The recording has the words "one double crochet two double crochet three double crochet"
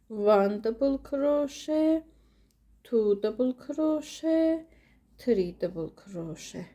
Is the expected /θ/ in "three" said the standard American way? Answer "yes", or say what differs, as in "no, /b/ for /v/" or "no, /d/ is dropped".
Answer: no, /t/ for /θ/